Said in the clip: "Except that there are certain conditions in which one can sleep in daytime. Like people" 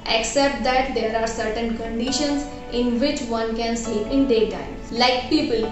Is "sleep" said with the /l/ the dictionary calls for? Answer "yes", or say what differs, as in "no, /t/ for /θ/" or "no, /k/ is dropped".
no, /l/ is dropped